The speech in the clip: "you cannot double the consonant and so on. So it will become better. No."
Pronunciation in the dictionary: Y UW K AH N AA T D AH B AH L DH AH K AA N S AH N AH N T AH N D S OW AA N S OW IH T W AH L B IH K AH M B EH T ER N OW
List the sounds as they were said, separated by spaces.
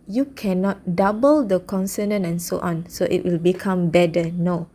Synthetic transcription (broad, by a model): Y UW K AH N AA T D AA B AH L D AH K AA N S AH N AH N AH N S OW AA N S OW IH T W AH L B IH K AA M B EH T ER N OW